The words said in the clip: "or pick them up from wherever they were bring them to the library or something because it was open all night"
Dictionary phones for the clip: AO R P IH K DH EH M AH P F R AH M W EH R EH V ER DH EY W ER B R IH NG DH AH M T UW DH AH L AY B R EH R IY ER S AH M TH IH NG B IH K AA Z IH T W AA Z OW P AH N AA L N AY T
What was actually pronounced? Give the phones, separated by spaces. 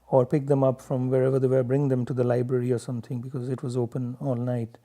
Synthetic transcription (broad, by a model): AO R P IH K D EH M AH P F R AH M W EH R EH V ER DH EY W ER B R IH NG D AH M T UW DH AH L AY B R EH R IY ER S AH M T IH NG B IH K AA Z IH T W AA Z OW P AH N AA L N AY T